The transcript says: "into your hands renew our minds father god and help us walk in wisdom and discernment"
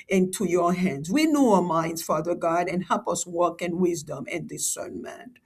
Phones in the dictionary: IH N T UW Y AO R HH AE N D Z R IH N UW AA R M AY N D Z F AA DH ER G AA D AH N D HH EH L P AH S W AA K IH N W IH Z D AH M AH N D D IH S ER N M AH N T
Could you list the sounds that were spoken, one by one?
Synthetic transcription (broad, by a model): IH N T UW Y AO R HH AE N D Z W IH N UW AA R M AY N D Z F AA DH ER G AA D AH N HH EH L P AH S W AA K IH N W IH Z D AH M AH N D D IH S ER N M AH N